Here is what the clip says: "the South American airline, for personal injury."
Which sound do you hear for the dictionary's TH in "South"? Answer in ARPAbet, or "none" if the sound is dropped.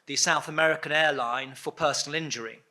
TH